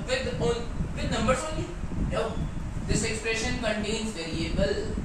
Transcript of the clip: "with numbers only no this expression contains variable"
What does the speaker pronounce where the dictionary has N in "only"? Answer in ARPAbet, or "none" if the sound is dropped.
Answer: none